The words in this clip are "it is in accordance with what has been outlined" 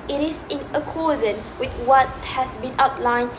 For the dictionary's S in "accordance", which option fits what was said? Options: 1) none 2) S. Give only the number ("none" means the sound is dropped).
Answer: 1